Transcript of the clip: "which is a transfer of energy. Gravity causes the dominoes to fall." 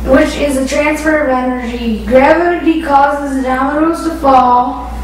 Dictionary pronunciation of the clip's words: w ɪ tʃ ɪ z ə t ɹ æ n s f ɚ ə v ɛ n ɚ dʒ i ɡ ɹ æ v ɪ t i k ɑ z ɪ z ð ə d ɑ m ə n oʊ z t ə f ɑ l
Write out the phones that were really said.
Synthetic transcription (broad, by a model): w ɪ tʃ ɪ z ə t ɹ æ n s f ɚ ə v ɛ n ɚ dʒ i ɡ ɹ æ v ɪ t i k ɑ z ɪ z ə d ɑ ə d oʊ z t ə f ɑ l